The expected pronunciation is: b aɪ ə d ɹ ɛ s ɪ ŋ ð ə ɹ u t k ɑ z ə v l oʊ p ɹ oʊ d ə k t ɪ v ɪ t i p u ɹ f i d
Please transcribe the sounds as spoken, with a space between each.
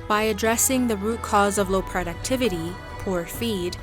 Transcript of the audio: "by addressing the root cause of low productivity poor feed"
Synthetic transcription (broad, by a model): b aɪ ə d ɹ ɛ s ɪ ŋ ð ə ɹ u t k ɑ z ə v l oʊ p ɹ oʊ d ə k t ɪ v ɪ t i p u ɹ f i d